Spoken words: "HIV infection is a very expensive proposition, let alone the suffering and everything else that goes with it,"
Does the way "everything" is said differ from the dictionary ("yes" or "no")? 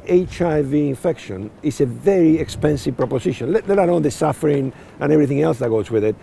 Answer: no